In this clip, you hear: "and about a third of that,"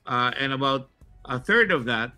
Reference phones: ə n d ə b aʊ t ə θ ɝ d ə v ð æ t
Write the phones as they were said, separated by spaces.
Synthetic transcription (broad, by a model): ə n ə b aʊ t ə θ ɝ d ə v ð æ t